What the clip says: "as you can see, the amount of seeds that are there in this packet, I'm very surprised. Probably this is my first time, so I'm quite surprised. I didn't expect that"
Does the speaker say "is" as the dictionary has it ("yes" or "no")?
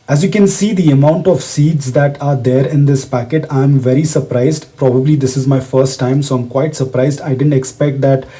yes